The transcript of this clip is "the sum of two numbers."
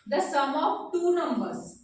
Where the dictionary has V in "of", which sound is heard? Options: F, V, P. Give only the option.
P